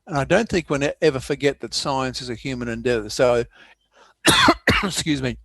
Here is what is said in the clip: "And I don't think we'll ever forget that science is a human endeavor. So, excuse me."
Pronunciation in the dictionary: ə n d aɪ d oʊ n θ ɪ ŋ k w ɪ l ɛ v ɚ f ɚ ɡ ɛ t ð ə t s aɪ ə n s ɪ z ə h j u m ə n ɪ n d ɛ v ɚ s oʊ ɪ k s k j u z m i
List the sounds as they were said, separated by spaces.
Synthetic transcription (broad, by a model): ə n aɪ d oʊ n θ ɪ ŋ k w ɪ n ɛ v ɚ f ɚ ɡ ɛ t ð ə t s aɪ ə n s ɪ z ə h j u m ə n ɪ n d ɛ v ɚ s oʊ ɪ s k j u z m i